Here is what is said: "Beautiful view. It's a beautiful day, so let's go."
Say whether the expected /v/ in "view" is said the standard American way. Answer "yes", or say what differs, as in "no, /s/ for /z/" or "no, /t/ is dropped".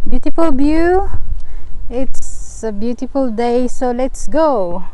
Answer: no, /b/ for /v/